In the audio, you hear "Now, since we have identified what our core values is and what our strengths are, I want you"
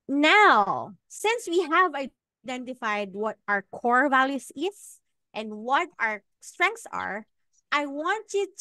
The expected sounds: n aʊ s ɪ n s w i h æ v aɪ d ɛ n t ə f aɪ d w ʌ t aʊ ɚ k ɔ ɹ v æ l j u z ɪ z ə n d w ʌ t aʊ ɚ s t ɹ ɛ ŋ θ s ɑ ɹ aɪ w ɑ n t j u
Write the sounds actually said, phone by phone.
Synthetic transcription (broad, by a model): n aʊ s ɪ n s w i h æ v aɪ d ɛ n t ə f aɪ d w ʌ t aʊ ɚ k ɔ ɹ v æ l j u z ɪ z ə n d w ʌ t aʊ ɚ s t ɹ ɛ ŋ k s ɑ ɹ aɪ w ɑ n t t